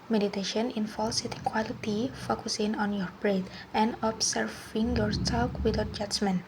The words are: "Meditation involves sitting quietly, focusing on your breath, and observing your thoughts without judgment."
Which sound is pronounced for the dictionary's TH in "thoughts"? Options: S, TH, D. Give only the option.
S